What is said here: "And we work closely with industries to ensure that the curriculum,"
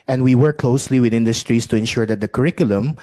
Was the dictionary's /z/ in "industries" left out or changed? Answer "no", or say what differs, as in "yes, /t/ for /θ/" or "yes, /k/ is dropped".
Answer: yes, /s/ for /z/